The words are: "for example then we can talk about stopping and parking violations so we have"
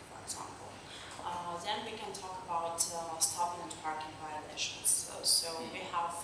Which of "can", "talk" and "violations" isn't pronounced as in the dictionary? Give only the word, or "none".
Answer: violations